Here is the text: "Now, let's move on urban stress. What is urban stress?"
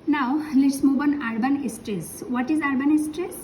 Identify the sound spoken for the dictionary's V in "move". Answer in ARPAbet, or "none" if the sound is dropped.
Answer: B